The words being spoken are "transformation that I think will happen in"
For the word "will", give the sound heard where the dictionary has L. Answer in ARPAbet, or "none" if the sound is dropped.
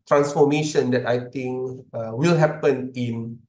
L